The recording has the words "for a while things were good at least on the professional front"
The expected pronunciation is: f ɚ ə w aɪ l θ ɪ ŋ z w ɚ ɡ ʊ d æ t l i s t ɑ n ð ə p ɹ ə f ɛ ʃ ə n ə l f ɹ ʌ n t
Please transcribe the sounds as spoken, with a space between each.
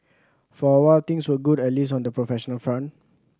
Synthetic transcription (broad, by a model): f ə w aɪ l t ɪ ŋ s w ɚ ɡ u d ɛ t l i s ɑ n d ə p ɹ ə f ɛ ʃ ə n ə l f ɹ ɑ n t